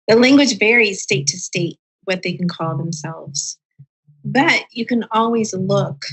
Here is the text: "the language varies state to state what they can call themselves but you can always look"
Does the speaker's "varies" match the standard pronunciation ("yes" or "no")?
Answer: yes